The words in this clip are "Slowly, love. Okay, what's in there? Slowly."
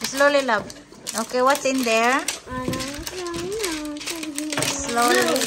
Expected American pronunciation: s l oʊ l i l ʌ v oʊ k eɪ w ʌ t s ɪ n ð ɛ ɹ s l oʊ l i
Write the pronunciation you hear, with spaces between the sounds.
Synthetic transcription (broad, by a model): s l oʊ l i l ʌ b oʊ k eɪ w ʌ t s ɪ n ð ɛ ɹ s l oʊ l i